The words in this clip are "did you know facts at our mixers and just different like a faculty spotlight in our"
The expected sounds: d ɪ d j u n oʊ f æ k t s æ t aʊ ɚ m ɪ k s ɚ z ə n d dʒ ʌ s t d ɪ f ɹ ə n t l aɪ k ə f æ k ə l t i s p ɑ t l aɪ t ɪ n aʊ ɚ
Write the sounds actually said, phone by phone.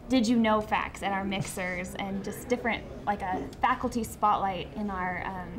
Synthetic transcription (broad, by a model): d ɪ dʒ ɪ n oʊ f æ k t s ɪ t aʊ ɚ m ɪ k s ɚ z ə n dʒ ʌ s d ɪ f ɹ ə n t l aɪ k ə f æ k l t i s p ɑ t l aɪ t ɪ n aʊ ɚ